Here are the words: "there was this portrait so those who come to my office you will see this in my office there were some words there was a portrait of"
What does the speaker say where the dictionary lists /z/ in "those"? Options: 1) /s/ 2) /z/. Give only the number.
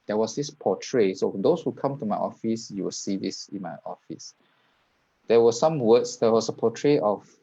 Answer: 1